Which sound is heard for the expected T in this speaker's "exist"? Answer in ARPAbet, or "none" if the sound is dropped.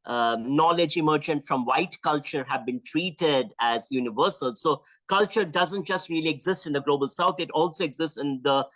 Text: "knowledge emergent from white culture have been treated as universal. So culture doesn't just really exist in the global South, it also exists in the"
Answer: T